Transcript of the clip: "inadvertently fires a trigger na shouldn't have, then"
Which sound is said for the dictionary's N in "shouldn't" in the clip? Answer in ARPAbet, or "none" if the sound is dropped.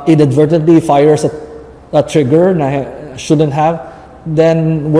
N